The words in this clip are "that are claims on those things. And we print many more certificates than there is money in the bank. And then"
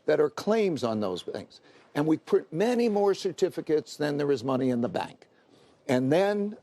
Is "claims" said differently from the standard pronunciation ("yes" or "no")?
no